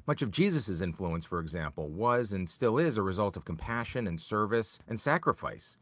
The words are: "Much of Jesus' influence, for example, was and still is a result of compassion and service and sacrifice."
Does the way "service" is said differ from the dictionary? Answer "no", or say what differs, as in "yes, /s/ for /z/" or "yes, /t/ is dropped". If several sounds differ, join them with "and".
no